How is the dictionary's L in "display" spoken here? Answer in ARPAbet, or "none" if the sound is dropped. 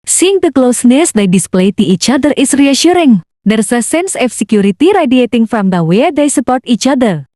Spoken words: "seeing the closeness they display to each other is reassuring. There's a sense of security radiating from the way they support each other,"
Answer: L